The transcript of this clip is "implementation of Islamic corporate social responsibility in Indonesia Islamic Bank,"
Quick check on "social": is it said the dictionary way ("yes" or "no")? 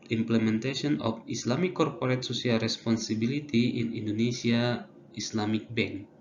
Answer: no